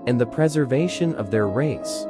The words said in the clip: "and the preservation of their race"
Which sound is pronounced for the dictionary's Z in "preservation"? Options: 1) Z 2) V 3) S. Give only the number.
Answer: 1